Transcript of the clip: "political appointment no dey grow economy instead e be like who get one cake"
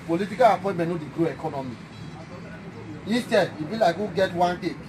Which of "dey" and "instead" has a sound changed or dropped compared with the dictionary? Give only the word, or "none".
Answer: instead